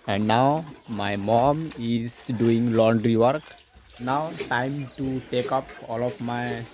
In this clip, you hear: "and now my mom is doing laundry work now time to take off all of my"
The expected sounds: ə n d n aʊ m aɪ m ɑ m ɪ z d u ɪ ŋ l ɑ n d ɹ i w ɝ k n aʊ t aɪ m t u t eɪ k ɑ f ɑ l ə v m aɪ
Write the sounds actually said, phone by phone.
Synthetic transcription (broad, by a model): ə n d n aʊ m aɪ m ɑ m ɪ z d u ɪ ŋ l ɑ n d ɹ i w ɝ k n aʊ t aɪ m t u t eɪ k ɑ p ɑ l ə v m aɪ